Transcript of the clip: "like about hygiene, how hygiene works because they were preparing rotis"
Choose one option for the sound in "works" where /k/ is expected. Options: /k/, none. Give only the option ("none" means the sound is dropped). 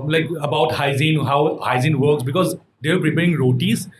/k/